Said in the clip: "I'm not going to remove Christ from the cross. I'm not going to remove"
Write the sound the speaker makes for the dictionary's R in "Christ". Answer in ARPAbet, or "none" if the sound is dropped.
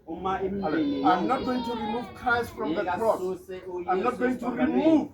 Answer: none